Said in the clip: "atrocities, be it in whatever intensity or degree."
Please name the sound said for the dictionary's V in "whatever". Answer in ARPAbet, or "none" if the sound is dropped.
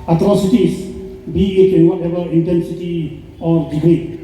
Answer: B